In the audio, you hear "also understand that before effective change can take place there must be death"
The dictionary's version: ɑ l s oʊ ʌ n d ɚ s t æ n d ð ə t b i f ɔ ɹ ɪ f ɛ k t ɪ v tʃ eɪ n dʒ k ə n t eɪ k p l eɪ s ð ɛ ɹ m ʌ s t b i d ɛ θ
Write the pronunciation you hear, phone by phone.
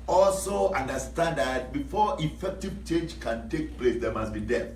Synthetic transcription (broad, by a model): ɑ l s oʊ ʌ n d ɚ s t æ n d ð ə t b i f ɔ ɪ f ɛ k t ɪ v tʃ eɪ dʒ k ə n t eɪ k p l eɪ s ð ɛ m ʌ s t b i d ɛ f